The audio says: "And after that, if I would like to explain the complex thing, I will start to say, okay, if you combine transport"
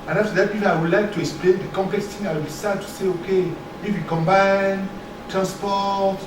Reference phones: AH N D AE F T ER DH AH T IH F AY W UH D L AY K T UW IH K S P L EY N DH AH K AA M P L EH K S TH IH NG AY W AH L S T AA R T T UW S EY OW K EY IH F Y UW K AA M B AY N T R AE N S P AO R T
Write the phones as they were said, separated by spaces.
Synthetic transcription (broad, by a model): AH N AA F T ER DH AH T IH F AY W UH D L AY K T UW IH K S P L EY N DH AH K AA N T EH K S T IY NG AY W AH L S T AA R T T UW S EY OW K EY IH F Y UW K AA M B AY N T R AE N S P AO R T